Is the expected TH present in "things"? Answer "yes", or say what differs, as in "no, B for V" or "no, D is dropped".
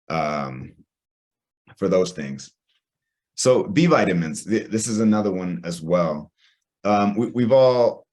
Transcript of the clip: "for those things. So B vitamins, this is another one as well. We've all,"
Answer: yes